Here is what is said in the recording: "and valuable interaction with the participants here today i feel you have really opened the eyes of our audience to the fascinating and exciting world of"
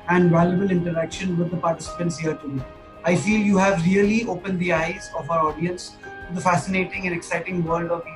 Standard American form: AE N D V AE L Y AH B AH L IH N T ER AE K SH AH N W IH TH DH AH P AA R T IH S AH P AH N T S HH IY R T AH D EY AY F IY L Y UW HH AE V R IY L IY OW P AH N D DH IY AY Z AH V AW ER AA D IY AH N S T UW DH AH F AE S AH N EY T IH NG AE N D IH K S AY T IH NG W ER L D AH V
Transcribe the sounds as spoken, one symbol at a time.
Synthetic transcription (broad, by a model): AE N D V AE L Y AH B AH L IH N T ER AE K SH AH N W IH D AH P AA R T IH S AH P AH N T S HH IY R T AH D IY AY F IY L Y UW HH AE V R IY L IY OW P AH N D IY AY Z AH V AW ER AA D IY AH N S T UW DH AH F AE S AH N EY T IH NG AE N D IH K S AY T IH NG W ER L D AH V